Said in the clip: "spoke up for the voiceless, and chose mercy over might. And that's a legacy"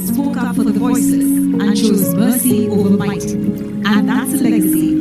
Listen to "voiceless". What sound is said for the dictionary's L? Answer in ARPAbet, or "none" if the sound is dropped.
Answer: none